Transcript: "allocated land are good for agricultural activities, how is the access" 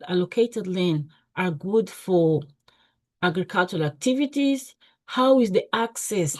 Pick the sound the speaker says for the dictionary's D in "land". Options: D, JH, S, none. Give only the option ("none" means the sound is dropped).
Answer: none